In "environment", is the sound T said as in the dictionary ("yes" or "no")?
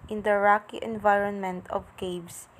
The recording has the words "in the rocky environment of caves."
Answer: yes